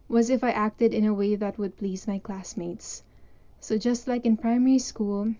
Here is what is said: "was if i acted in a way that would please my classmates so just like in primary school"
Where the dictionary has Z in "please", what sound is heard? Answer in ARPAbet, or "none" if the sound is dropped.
Z